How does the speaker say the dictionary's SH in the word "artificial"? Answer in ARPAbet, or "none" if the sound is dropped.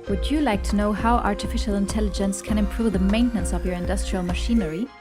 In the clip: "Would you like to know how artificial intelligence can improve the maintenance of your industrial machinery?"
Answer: SH